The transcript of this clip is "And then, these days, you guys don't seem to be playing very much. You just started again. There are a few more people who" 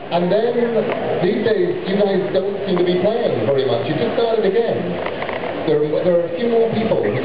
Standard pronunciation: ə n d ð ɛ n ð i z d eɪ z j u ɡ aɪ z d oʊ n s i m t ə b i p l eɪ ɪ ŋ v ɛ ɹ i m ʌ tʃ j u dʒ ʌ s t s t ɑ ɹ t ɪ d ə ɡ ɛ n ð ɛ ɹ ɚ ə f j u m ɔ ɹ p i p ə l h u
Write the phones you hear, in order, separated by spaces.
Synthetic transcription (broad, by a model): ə n ð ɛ n ð i z d eɪ z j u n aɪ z d oʊ n s i m t ə b i p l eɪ ɪ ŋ v ɛ ɹ i m ʌ tʃ j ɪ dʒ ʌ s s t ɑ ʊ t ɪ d ə ɡ ɛ n ð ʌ ɹ ɚ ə f j u m ɔ ɹ p i p ə l